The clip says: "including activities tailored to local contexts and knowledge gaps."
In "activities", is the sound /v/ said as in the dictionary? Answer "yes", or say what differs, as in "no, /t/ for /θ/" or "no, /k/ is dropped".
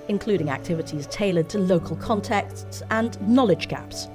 yes